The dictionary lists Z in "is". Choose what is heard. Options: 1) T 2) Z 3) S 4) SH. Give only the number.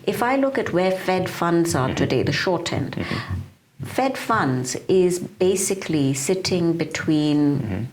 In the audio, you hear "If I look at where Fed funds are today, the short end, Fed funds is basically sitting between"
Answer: 2